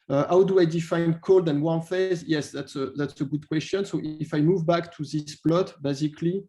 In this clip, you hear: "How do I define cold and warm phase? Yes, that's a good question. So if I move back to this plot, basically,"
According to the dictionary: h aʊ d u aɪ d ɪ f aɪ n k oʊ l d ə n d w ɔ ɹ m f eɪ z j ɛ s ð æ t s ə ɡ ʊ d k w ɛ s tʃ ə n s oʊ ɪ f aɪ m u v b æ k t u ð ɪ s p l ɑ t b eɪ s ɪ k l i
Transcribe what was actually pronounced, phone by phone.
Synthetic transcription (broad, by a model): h aʊ d u aɪ d ɪ f aɪ n k oʊ l d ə n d w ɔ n f eɪ z j ɛ s ð æ t s ə ɡ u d k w ɛ s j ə n s oʊ ɪ f aɪ m u v b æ k t u ð ɪ s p l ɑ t b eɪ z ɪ k l i